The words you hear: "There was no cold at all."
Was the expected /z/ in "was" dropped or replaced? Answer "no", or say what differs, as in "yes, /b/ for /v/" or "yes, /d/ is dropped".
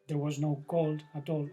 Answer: no